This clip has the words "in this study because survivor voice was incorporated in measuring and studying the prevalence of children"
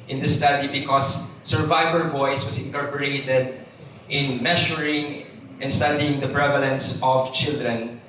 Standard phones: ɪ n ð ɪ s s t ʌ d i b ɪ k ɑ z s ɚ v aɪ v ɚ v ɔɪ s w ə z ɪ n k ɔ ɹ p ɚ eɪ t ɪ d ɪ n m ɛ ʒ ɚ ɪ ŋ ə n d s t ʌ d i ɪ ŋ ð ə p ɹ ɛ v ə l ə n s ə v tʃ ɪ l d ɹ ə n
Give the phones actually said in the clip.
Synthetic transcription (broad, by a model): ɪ n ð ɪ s s t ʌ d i b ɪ k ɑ s ɚ v aɪ v ɚ v ɔɪ s w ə s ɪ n k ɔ ɹ p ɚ eɪ t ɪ d ɪ n m ɛ ʃ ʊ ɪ ŋ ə n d s t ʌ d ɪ ŋ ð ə p ɹ ɛ v ə l ə n s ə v tʃ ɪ l d ɹ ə n